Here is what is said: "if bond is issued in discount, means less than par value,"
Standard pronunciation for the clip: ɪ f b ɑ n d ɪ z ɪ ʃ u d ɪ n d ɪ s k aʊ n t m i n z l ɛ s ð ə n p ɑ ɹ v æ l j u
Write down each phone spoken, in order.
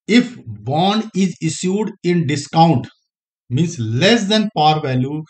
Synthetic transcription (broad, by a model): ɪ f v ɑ n ɪ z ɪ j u d ɪ n d ɪ s k aʊ n t m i n s l ɛ s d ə n p ɑ ɹ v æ l j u